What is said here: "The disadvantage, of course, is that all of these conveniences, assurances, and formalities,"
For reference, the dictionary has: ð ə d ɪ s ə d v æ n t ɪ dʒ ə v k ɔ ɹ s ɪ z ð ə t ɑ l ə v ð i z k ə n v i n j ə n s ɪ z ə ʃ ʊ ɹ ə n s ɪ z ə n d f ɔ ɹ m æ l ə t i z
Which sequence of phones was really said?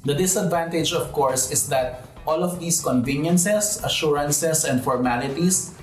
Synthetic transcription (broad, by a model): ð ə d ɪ s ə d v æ n t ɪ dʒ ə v k ɔ ɹ s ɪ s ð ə t ɑ l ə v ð i s k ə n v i n j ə n s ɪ s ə ʃ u ɹ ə n s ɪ s ə n d f ɔ ɹ m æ l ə t i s